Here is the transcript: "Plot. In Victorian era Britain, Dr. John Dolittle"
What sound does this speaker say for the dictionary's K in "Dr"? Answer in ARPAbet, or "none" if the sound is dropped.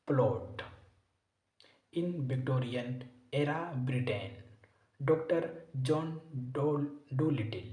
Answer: K